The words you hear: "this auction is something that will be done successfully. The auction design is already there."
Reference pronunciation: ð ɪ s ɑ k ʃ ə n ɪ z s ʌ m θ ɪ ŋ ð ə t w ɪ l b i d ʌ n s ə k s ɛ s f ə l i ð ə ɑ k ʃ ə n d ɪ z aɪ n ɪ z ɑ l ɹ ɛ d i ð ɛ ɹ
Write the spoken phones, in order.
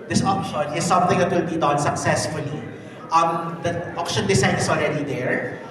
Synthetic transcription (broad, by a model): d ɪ s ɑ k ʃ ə n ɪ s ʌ m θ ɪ ŋ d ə t w ɪ l b i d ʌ n s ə k s ɛ s f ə l i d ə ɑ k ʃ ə n d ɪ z aɪ n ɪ s ɑ l ɹ ɛ d i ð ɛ ɹ